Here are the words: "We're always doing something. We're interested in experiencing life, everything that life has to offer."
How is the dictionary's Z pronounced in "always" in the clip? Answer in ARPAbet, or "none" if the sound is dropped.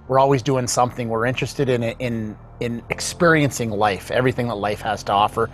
Z